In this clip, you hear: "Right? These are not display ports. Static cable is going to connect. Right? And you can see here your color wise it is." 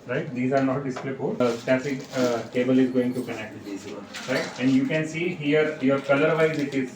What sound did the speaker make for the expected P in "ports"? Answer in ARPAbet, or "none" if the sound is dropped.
F